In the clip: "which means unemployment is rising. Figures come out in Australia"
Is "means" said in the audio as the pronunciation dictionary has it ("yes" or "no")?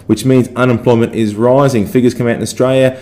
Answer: yes